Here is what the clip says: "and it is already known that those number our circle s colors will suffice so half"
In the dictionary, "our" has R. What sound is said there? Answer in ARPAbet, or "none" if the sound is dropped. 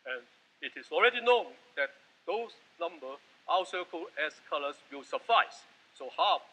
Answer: W